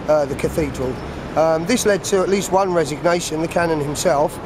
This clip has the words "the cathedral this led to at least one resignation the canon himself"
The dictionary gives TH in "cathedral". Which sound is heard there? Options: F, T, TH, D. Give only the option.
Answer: TH